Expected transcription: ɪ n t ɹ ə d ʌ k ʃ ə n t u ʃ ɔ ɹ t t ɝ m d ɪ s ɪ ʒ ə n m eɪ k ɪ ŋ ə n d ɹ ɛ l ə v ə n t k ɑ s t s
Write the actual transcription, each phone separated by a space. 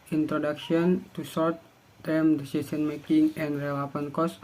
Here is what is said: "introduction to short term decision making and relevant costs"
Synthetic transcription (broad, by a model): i n t ɹ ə d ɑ k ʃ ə n t u s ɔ ɹ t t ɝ m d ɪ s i s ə n m eɪ k ɪ ŋ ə n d ɹ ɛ l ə p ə n k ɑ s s